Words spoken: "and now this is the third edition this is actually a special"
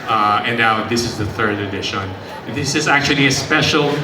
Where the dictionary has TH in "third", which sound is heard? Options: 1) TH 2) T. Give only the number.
1